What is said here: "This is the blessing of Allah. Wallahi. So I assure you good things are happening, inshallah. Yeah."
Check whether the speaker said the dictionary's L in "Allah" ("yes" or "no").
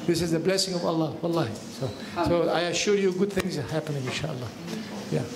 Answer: yes